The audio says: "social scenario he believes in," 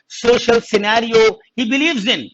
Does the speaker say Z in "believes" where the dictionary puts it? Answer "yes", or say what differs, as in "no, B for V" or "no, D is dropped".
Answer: yes